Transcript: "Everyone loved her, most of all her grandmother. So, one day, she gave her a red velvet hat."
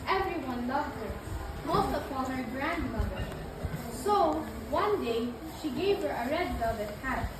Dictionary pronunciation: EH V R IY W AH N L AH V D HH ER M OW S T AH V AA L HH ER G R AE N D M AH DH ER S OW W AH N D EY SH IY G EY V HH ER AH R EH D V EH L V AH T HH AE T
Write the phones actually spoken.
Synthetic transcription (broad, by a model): EH V R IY W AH N L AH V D HH ER M OW S T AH P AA N HH ER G R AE N D M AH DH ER S OW W AH N D EY SH IY G EY V HH ER AH R EH D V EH V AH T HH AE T